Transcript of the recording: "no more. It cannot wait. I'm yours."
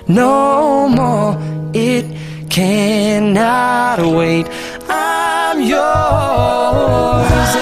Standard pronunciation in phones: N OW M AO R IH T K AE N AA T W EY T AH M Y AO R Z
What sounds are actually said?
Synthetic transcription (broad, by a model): N OW M AO R IH T K AE N AA T W EY T AH M Y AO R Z